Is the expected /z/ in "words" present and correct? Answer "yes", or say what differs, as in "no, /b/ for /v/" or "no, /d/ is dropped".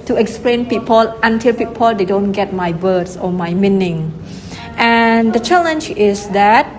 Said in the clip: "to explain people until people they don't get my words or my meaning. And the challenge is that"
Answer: no, /s/ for /z/